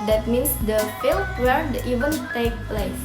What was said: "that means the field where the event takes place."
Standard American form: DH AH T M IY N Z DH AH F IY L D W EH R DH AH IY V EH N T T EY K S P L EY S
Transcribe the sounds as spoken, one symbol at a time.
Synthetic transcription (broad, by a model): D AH T M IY N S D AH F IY L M W EH R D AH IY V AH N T T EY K P L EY S